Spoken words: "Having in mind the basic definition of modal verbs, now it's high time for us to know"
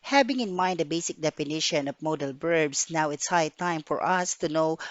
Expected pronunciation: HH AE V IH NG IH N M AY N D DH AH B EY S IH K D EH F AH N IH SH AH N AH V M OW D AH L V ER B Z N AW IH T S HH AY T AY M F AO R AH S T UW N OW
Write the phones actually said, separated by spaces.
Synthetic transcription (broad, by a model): HH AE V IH NG IH N M AY N D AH B EY S IH K D EH F AH N IH SH AH N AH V M OW D AH L B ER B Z N AW IH T S HH AY T AY M F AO R AH S T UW N OW